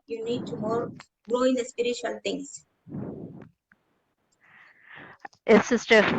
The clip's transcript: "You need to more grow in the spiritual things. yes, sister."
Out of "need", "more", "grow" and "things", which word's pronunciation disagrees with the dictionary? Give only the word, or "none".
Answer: things